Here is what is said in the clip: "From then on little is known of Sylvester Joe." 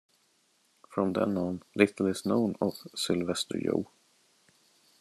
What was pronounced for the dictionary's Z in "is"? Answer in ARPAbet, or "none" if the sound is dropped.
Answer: S